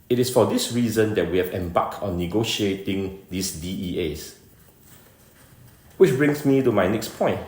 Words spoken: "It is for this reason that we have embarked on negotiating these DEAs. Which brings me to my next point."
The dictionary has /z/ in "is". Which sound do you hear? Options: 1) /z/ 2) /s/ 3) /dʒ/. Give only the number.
2